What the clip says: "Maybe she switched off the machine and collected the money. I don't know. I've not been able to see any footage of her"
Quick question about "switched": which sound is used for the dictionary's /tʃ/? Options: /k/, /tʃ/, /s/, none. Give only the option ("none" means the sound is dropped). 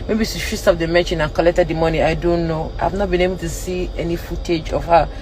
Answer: /s/